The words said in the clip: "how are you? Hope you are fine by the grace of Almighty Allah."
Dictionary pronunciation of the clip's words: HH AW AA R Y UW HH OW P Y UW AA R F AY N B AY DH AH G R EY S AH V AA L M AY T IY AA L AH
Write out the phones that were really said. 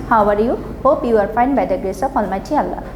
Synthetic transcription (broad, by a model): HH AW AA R Y UW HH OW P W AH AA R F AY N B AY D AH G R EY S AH P AA L M AY T IY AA L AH